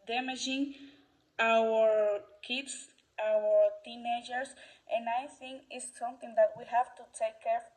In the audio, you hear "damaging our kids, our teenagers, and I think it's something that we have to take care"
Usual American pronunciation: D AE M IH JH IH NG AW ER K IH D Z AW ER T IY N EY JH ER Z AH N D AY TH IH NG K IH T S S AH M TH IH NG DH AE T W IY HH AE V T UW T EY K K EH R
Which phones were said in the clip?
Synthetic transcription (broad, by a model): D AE M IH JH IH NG AW ER K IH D S AW ER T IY N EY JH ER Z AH N AY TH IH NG K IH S S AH M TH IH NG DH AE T W IY HH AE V T UW T EY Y K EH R